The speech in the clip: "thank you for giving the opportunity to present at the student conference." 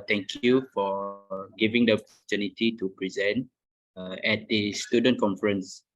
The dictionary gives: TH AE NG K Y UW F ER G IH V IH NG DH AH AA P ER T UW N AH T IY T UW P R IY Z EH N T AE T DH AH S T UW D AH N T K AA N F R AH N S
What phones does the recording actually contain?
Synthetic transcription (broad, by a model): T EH NG K Y UW F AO G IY V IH NG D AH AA P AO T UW N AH T IY T UW P R IY Z EH N T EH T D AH S T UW D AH N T K AA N F R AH N S